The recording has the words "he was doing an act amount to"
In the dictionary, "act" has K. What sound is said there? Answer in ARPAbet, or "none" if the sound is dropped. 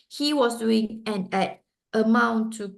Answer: none